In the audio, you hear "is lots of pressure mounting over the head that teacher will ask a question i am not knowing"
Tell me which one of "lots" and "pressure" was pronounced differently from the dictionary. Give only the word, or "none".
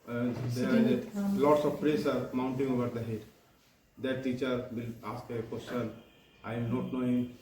pressure